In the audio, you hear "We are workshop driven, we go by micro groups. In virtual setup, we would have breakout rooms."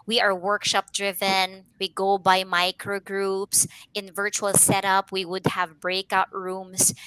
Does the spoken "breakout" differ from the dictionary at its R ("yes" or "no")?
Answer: no